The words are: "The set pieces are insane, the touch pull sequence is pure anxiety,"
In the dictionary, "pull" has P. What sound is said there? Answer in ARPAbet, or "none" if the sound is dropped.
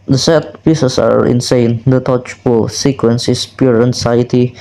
F